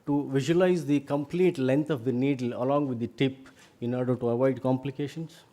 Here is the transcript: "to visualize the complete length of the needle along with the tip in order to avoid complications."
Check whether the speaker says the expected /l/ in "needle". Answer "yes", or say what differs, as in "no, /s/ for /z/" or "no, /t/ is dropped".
yes